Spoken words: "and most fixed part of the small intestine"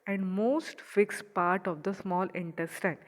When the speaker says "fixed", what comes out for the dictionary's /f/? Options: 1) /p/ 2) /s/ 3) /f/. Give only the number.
3